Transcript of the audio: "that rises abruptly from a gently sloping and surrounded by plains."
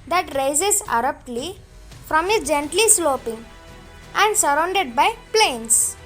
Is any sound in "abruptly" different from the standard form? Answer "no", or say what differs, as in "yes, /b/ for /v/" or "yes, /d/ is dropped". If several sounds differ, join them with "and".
yes, /b/ is dropped